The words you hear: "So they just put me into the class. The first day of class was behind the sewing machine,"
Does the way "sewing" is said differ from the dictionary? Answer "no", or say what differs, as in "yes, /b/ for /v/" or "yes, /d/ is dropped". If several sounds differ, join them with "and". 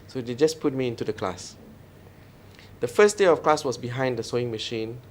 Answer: no